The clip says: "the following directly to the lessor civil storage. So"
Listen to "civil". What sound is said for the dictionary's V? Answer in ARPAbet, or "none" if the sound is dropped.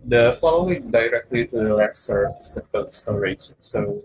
P